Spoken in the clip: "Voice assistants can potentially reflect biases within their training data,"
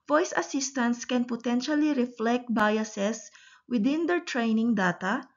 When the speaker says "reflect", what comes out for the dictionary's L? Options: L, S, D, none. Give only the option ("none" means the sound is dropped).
L